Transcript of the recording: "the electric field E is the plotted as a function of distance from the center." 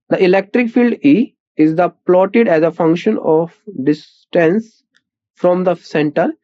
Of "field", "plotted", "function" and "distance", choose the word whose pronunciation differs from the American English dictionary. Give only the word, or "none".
none